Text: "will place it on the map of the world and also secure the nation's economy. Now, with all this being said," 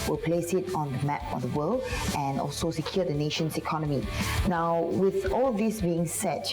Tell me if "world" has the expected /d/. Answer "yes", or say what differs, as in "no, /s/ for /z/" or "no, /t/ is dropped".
no, /d/ is dropped